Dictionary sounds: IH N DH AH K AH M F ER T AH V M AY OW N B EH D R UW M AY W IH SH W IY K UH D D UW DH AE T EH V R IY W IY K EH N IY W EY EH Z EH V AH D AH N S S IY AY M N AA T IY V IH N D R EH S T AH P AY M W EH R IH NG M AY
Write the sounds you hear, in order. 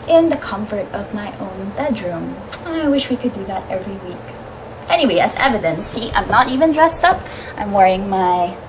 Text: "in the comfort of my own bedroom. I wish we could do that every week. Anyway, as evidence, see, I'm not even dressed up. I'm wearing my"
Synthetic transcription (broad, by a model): IH N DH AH K AH M F ER T AH V M AY OW N B EH D R UW M AY W IH SH W IY K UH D D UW DH AE T EH V R IY W IY K EH N IY W EY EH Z EH V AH D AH N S S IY AY M N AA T IY V IH N D R EH S T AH P AY M W EH R IH NG M AY